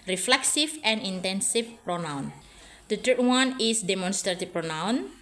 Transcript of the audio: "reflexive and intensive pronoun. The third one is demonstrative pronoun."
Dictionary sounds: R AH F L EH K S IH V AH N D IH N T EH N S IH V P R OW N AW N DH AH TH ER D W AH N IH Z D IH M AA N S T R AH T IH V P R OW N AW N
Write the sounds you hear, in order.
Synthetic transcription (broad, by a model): R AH F L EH K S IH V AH N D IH N T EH N S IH F P R OW N AW N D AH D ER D W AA N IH S D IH M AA N S T R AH T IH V P R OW N AW N